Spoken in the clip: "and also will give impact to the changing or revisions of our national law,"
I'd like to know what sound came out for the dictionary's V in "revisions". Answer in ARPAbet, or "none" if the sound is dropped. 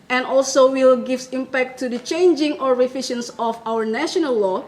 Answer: F